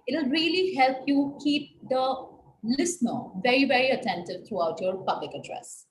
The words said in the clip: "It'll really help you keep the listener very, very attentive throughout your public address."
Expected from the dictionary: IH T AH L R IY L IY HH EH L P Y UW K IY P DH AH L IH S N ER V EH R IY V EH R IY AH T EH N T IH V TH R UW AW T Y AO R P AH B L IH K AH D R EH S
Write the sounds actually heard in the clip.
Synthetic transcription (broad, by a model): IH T L R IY L IY HH EH L P Y UW K IY P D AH L IH S N ER V EH R IY V EH R IY AH T EH N T IH V T R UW AW T Y AO R P AH B L IH K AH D R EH S